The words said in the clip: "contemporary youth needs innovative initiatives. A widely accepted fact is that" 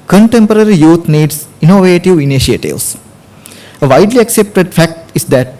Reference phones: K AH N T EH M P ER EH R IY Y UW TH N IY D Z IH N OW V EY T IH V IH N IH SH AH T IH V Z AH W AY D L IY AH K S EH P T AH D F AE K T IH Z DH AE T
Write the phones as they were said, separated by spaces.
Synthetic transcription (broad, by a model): K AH N T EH M P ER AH R IY Y UW T N IY D S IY N OW V EY T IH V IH N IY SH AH T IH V S AH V AY D L IY AH K S EH P T AH D F AE K T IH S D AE T